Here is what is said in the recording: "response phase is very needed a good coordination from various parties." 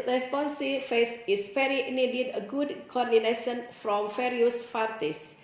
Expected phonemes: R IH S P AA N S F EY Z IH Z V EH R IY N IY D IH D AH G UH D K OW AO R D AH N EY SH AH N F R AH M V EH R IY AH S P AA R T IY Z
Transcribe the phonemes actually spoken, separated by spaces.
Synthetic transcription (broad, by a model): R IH S P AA N S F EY S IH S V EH R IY N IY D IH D AH G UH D K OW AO R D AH N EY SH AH N F R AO M F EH R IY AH S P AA R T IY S